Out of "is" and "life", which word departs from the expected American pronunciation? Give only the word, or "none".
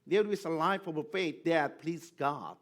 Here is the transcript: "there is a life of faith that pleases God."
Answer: is